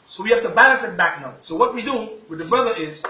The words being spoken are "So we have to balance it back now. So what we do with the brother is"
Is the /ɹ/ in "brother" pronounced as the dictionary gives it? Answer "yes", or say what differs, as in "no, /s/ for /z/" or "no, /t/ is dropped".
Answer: yes